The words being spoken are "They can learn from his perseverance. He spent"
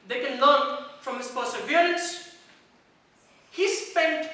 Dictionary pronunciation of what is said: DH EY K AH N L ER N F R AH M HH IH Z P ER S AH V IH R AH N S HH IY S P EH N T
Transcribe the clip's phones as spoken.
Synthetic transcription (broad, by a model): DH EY K AH N L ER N F R AH M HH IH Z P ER S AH B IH L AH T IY HH IY S P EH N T